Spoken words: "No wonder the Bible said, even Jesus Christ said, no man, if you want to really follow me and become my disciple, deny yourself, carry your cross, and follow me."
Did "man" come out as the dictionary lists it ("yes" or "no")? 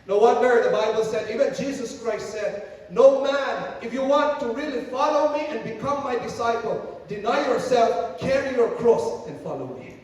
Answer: yes